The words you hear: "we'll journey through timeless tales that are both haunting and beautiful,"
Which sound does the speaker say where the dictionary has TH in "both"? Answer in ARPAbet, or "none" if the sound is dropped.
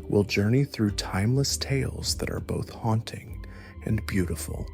TH